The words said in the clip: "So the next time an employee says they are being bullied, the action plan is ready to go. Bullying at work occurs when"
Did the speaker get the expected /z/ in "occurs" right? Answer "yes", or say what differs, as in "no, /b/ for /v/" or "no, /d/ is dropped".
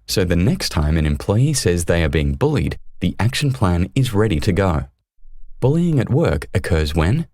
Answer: yes